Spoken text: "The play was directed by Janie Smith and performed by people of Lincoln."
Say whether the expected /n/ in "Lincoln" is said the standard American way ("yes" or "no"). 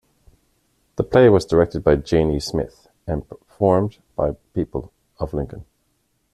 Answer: yes